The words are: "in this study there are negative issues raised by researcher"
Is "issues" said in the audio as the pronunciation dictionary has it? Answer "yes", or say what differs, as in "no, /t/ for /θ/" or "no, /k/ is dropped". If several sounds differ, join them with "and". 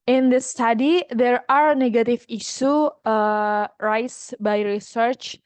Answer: no, /z/ is dropped